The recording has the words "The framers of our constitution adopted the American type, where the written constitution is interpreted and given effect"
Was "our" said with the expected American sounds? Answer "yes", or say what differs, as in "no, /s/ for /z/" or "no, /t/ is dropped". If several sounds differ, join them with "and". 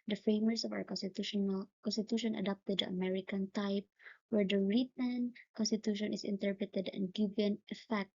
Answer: no, /l/ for /ɹ/